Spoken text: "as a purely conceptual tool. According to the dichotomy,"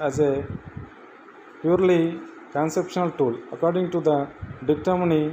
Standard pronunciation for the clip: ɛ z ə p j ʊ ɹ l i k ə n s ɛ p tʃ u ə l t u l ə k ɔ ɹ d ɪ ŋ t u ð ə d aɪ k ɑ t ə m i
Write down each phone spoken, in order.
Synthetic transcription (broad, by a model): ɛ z ə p j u ɹ l i k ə n s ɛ p ʃ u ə l t u l ə k ɔ ɹ d ɪ ŋ t u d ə d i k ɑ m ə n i